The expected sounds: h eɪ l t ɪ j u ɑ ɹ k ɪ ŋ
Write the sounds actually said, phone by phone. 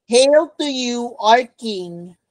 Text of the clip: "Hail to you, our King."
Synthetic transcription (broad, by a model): h eɪ l t ɪ j u ɑ ɹ k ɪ ŋ